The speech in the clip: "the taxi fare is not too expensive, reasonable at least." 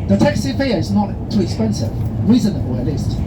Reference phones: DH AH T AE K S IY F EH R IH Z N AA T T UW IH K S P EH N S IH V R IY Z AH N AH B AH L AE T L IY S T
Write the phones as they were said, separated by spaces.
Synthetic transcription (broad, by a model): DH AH T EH K S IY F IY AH IH Z N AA T T UW IH K S P EH N S IH V R IY Z AH N AH B AH L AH T L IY S T